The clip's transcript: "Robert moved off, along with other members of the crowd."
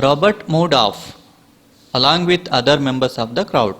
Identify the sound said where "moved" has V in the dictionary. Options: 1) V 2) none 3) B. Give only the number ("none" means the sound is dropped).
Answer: 2